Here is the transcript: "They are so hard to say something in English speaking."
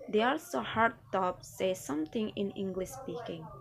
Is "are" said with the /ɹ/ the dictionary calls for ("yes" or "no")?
no